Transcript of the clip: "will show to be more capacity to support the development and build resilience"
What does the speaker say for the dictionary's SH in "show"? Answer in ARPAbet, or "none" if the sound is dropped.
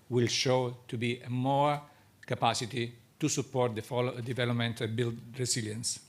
SH